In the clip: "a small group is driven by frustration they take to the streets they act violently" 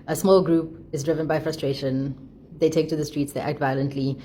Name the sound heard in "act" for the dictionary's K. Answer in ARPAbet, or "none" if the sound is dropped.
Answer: K